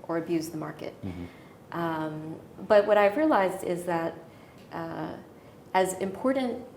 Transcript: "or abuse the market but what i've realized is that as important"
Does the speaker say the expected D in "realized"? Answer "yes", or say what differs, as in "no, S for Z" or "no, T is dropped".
yes